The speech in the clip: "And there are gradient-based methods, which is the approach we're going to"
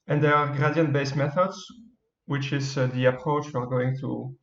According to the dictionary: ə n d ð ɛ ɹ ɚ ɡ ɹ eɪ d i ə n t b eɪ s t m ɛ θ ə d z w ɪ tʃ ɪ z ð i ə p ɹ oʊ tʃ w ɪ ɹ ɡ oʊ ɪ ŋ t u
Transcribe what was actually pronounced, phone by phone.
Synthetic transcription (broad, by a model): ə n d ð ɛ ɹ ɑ ɡ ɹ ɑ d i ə n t b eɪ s m ɛ θ ə d z w ɪ tʃ ɪ z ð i ə p ɹ oʊ tʃ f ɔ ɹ ɡ oʊ ɪ ŋ t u